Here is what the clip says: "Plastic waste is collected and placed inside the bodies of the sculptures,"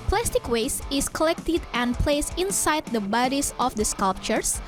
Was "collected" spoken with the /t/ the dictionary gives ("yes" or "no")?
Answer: yes